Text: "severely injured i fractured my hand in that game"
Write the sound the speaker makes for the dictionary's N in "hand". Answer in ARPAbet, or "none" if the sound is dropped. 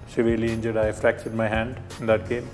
N